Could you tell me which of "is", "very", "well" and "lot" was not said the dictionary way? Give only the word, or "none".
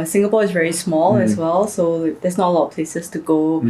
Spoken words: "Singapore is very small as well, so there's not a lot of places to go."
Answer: is